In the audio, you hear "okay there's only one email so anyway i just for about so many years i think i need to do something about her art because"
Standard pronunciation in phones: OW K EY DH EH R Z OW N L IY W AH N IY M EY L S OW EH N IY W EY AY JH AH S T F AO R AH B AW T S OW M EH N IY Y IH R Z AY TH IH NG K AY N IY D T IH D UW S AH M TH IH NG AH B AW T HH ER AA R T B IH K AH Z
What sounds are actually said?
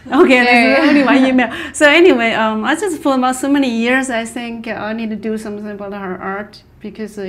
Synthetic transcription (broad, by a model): OW K EY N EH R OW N IY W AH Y IY M EY L S OW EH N IY W EY AY JH AH S T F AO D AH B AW T S OW M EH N IY Y IH R Z AY TH IH NG K AY N IY D T IH D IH S AH M TH IH NG AH B AW T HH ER AA R T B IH K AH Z